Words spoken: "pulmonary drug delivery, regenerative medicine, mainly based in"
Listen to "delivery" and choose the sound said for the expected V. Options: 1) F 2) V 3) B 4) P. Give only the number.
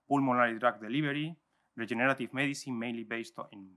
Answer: 3